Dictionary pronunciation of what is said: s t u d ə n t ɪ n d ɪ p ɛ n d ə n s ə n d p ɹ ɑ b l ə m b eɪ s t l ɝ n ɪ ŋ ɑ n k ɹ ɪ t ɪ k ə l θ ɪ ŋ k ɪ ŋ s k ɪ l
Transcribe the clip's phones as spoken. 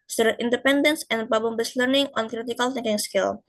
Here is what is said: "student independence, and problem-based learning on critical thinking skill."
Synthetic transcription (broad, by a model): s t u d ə t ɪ n d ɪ p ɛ n d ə n s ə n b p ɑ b ə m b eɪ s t l ɝ n ɪ ŋ ɑ n k ɹ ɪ t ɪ k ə l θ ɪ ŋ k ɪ ŋ s k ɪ l